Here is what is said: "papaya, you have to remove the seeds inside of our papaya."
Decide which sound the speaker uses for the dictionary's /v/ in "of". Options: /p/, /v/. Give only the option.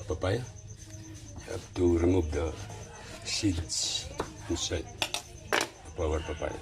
/p/